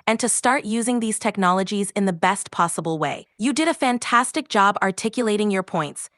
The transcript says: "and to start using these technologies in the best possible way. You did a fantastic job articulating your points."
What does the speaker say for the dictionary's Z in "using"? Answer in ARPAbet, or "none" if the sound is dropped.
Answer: Z